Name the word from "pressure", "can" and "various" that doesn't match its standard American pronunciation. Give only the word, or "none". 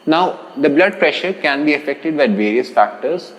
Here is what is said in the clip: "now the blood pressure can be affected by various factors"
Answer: none